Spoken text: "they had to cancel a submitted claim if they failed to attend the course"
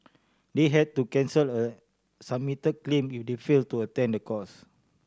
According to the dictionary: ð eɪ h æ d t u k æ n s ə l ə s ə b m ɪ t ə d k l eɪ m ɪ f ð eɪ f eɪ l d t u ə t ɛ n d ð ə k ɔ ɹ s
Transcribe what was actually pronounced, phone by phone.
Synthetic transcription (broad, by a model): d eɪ h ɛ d t u k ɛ n s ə l ə s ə m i t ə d k l eɪ m ɪ f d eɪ f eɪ l t u ə t ɛ n d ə k ɔ s